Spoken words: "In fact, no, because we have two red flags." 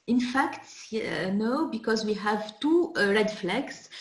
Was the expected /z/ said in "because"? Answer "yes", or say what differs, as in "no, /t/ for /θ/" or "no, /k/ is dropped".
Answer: yes